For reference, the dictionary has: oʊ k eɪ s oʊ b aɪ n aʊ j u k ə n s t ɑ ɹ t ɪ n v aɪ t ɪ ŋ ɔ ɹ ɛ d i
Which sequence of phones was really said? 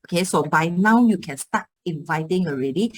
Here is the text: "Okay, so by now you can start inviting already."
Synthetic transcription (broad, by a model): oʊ k eɪ s oʊ b aɪ n aʊ j u k ə n s t ɑ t ɪ n v aɪ t ɪ ŋ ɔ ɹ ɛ d i